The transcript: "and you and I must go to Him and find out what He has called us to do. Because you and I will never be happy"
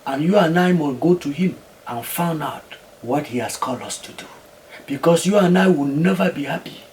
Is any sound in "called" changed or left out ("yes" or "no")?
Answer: no